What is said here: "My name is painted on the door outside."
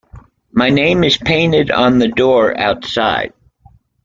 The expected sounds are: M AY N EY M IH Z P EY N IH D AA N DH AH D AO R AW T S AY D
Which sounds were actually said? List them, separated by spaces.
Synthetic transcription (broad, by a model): M AY N EY M IH Z P EY N IH D N DH AH D AO R AW T S AY D